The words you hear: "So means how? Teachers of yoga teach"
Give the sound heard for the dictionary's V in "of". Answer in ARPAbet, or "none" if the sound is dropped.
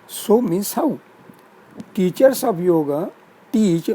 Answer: B